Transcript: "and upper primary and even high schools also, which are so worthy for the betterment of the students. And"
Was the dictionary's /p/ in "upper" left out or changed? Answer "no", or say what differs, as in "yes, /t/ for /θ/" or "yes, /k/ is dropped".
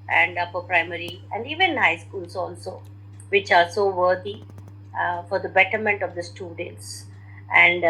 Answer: yes, /f/ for /p/